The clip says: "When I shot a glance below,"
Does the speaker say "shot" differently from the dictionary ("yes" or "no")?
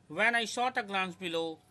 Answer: yes